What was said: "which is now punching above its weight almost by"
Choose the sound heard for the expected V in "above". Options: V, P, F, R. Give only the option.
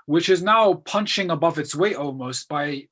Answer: V